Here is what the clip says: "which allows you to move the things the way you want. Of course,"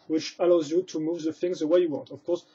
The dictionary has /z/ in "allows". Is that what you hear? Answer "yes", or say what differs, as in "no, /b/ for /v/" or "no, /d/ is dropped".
yes